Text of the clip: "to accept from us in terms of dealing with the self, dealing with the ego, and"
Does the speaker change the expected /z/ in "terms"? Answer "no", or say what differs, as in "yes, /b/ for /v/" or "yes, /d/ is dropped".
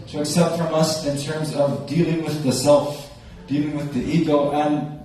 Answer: no